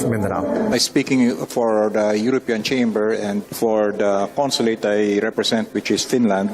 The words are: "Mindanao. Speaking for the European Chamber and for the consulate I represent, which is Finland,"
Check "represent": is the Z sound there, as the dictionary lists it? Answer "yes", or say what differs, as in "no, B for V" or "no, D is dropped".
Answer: no, S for Z